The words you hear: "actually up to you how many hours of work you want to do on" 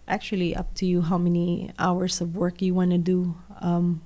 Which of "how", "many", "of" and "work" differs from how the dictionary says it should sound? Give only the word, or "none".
none